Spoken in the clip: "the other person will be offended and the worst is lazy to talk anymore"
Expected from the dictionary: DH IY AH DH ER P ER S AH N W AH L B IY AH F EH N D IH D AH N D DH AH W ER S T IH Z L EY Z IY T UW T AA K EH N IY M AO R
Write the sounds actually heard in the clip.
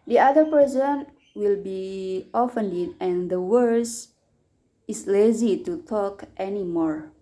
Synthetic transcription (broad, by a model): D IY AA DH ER P ER S AH N W AH L B IY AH F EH N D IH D AH N D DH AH W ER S IH S L EY Z IY T UW T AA K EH N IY M AO R